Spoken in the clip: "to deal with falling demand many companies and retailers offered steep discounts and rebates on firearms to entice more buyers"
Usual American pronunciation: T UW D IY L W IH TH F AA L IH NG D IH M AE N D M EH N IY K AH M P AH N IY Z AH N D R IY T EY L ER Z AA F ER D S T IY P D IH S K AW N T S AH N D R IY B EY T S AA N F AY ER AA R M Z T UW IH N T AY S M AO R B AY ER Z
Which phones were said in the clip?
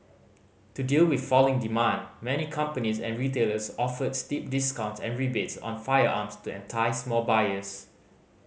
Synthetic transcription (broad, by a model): T UW D IY L W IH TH F AA L IH NG D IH M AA N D M EH N IY K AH M P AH N IY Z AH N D R IY T EY L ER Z AA F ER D S T IY P D IH S K AW N T S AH N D R IY B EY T S AA N F AY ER AA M S T UW IH N T AY S M AO L B AY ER S